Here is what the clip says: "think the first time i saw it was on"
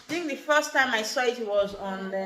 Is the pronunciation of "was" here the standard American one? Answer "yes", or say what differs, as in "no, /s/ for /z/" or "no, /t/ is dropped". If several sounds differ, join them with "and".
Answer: yes